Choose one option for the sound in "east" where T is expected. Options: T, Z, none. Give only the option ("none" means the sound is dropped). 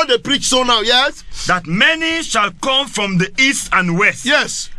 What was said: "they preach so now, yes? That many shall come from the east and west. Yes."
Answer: T